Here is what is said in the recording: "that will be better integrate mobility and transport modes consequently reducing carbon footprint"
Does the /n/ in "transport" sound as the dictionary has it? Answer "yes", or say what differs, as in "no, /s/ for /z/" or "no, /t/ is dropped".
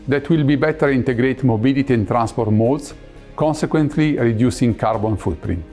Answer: yes